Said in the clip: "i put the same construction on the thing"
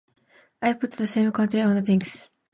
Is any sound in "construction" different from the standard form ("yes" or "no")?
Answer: yes